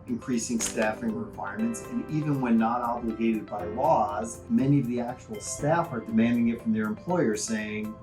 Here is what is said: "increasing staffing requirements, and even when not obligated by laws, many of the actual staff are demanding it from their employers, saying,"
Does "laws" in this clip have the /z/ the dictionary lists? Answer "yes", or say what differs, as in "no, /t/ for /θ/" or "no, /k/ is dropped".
yes